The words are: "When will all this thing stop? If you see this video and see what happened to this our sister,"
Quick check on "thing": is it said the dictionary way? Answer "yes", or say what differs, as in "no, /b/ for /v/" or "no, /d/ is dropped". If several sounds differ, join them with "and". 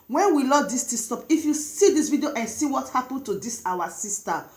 no, /t/ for /θ/